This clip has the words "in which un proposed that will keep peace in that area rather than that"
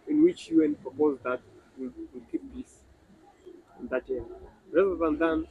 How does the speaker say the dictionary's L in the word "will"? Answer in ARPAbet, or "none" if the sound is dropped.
W